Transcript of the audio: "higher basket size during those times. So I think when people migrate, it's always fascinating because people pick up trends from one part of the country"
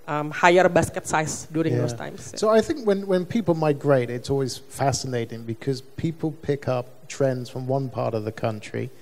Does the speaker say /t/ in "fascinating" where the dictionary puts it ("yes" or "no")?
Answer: yes